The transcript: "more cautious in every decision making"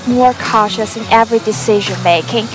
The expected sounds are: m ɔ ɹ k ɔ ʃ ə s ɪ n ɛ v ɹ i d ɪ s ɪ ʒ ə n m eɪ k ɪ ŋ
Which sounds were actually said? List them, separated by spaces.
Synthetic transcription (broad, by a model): m ɔ ɹ k ɔ ʃ ə s ɪ n ɛ v ɹ i d ɪ s ɪ ʒ ə n m eɪ k ɪ ŋ